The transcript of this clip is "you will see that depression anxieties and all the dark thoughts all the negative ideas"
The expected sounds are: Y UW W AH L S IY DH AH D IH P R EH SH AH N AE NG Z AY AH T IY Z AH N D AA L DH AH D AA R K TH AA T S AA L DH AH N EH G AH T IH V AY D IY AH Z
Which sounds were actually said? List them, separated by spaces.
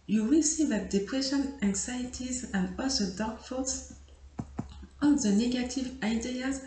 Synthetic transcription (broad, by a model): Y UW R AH S IY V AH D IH P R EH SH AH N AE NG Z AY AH T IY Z AH N D AA L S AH D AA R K F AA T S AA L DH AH N EH G AH T IH V AY D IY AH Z